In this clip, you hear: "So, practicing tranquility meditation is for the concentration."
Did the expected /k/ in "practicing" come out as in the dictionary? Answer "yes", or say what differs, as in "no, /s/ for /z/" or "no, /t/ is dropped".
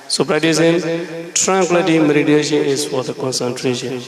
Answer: no, /k/ is dropped